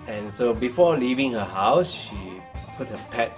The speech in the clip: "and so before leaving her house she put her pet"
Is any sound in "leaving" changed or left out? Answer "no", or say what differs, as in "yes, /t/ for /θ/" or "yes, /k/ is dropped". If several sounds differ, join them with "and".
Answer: no